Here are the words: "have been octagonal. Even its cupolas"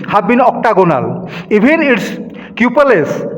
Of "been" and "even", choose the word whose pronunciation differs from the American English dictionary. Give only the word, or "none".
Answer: even